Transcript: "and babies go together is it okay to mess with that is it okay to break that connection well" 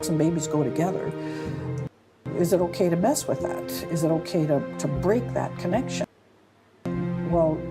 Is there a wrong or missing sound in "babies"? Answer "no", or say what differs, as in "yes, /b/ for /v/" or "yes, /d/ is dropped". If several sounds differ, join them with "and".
no